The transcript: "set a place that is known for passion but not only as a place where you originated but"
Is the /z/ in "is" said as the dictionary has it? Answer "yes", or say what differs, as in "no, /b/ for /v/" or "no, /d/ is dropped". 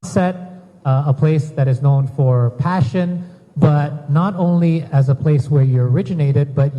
yes